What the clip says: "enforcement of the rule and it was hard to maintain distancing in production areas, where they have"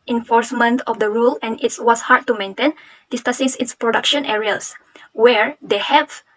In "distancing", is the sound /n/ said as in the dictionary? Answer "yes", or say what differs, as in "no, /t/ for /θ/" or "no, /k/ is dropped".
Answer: no, /n/ is dropped